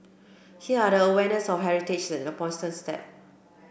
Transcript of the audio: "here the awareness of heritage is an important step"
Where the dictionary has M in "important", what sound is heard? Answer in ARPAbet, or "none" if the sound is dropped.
none